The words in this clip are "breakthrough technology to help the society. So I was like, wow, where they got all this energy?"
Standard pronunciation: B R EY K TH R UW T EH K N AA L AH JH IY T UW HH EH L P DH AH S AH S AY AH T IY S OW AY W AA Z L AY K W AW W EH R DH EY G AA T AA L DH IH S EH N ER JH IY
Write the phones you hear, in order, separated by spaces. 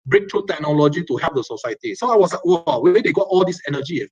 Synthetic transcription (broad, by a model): B R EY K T R UW T EH K N AA L AH JH IY T UW HH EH P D AH S AH S AY AH T IY S OW AY W AA S L AY K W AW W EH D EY G AA T AA L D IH S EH N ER JH IY